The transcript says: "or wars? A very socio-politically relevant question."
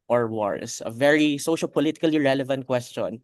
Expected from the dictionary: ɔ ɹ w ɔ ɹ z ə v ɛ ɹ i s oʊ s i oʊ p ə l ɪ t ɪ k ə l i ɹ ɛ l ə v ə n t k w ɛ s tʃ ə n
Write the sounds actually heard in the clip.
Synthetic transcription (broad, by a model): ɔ ɹ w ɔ ɹ s ə v ɛ ɹ i s oʊ ʃ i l p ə l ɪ t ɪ k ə l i ɹ ɛ l ə v ə n t k w ɛ s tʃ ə n